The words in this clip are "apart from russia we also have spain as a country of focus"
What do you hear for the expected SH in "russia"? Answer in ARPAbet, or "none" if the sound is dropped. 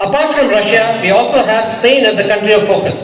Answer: SH